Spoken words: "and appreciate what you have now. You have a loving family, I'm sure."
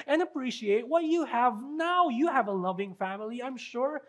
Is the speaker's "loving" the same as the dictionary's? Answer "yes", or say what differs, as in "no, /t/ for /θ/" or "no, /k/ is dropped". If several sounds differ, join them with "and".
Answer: yes